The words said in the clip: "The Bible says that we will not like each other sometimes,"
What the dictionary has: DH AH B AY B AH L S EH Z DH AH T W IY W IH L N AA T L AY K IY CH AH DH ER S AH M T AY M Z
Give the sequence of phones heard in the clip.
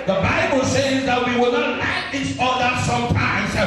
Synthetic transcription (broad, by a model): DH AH B AY B AH L S EH Z DH AH T W IY W IH L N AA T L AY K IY S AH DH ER S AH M T AY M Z